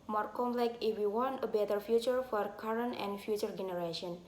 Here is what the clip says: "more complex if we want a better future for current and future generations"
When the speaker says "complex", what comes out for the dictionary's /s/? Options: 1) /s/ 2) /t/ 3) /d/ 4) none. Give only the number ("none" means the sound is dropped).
4